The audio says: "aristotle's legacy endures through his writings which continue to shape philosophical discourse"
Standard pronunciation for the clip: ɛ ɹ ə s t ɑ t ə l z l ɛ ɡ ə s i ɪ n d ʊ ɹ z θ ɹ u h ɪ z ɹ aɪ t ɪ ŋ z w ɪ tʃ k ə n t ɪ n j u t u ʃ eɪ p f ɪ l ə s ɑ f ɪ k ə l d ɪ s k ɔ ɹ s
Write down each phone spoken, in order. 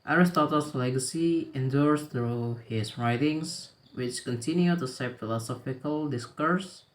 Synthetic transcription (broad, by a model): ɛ ɹ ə s t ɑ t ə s l ɛ ɡ ə s i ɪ n d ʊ ɹ s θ ɹ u h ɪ s ɹ aɪ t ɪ ŋ s w ɪ tʃ k ə n t ɪ n j u t u s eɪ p f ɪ l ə s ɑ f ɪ k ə l d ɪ s k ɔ ɹ s